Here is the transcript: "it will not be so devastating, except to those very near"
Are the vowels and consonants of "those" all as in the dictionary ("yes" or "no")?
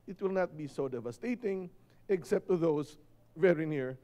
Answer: no